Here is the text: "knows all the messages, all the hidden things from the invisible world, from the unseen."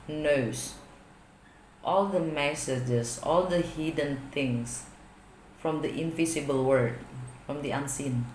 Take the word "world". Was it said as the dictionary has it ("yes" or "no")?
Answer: no